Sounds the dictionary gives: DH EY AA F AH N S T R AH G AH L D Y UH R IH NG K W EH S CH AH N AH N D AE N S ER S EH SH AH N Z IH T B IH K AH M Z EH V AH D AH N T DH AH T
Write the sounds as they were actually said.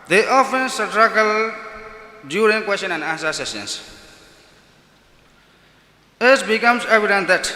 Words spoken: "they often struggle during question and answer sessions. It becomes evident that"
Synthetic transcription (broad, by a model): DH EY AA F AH N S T R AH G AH L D Y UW R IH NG K W EH S CH AH N AH N D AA S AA S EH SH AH N S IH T B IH K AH M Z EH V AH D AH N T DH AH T